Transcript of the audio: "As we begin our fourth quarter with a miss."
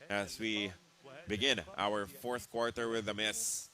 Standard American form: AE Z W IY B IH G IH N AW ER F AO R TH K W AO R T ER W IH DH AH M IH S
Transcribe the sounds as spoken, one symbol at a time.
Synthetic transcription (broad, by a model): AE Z W IY B IH G IH N AW ER F AO R TH K W AO R T ER W IH DH AH M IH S